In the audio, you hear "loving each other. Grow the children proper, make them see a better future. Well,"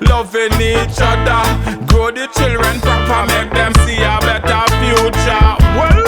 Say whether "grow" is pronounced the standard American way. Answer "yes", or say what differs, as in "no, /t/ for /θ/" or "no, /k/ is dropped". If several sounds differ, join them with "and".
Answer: no, /ɹ/ is dropped